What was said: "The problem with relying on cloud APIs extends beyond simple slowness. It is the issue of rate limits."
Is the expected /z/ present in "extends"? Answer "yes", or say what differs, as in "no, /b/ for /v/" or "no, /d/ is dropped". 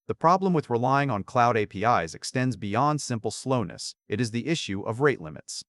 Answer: yes